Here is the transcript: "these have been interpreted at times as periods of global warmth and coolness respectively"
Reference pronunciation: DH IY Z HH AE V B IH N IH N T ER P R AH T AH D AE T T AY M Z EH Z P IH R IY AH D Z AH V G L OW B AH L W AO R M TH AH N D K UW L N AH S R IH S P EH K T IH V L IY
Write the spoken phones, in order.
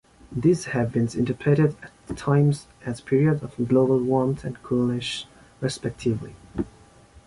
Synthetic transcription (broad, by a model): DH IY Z HH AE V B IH N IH N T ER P AH T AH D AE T T AY M Z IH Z P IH R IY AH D AH V G L OW B AH L W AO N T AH N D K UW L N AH SH R IH S P EH K T IH V L IY